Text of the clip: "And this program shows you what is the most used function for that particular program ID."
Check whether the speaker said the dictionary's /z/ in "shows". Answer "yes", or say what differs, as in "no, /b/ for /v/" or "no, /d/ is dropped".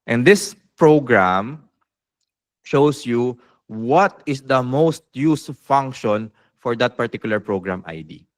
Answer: no, /s/ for /z/